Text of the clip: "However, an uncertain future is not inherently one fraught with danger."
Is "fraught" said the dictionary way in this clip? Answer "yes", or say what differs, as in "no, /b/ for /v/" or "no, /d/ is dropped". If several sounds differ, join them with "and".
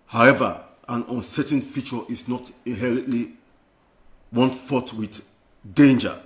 no, /ɹ/ is dropped